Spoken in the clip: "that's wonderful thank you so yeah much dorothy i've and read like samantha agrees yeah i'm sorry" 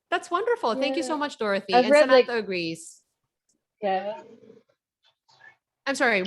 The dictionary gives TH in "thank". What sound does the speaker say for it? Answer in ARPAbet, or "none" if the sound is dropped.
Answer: TH